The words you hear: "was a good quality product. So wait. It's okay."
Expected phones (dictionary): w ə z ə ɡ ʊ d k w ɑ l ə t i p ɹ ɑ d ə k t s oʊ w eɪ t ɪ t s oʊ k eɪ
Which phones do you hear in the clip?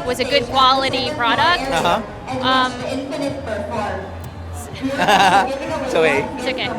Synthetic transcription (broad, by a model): w ə z ə ɡ ʊ d k w ɑ l ə t i p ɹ ɑ d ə k t s oʊ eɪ ɪ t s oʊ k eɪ